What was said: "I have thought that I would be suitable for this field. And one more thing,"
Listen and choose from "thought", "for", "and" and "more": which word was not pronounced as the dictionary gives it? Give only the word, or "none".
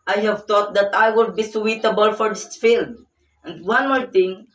thought